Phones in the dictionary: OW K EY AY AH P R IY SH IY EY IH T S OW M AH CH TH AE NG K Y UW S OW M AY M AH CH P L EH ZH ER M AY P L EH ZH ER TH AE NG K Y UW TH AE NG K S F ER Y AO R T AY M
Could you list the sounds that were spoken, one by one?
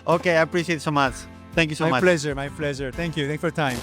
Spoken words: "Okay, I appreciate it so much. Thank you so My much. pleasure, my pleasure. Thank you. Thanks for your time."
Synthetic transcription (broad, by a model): OW K EY AY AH P R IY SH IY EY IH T S OW M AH CH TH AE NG K Y UW S OW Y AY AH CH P L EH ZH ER M AY P L EH ZH ER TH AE NG K Y UW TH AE K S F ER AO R T AY M